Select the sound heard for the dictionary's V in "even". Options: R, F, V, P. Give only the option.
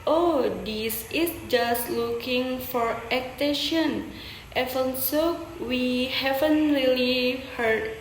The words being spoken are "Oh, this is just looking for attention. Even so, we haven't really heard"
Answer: F